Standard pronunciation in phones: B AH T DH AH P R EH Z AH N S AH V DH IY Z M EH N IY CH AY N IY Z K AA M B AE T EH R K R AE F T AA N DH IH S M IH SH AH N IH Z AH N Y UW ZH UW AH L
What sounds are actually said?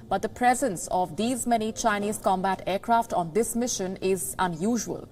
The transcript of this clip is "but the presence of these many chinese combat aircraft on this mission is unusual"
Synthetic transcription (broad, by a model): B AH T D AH P R EH Z AH N S AH V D IY Z M EH N IY CH AY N IY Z K AA M B AE T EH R K R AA F T AA N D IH S M IH SH AH N IH Z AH N Y UW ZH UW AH L